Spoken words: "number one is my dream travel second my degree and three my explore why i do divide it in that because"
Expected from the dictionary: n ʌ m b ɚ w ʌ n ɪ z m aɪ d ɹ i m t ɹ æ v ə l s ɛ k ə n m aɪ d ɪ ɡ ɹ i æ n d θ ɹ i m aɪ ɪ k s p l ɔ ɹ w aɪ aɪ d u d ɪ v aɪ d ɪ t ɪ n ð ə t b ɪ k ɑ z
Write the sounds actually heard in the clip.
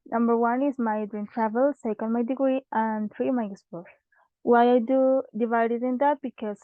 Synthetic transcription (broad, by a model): n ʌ m b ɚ w ʌ n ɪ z m aɪ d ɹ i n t ɹ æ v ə l s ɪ k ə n m aɪ d ɪ ɡ ɹ i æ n d t ɹ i m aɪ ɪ s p ɔ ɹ w aɪ aɪ d u d ɪ v aɪ d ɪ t ɪ n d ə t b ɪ k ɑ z